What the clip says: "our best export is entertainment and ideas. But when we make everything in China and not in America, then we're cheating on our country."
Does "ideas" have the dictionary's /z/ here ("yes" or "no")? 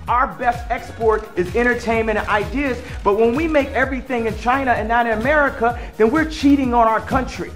yes